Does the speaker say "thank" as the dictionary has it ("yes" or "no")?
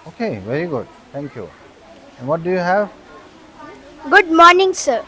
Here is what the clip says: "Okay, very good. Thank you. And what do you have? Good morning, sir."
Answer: no